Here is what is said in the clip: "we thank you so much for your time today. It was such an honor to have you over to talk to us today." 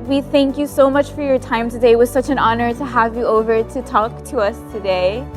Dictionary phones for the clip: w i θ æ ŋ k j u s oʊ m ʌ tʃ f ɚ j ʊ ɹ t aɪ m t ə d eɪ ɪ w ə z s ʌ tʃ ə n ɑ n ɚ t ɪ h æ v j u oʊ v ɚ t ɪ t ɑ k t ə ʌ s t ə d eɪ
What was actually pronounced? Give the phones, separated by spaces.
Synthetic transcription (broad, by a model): w i θ æ ŋ k j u s oʊ m ʌ tʃ f ɚ j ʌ ɹ t aɪ m t ə d eɪ ɪ w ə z s ʌ tʃ ə n ɑ n ɚ t ɪ h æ v j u oʊ v ɚ t ɪ t ɑ k t ə ʌ s t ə d eɪ